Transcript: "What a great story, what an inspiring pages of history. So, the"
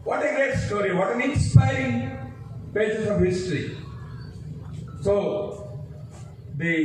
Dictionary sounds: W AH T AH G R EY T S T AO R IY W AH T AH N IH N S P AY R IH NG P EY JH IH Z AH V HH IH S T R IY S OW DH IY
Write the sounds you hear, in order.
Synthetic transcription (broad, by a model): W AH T AH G EY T S T AO R IY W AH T AH N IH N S P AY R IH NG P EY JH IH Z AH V HH IH S T R IY S OW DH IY